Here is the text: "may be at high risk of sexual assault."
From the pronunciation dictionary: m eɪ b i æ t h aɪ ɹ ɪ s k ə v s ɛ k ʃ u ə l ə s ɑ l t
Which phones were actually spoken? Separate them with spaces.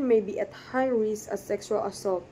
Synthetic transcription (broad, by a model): m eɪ b i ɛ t h aɪ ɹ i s ə s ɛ k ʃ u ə l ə s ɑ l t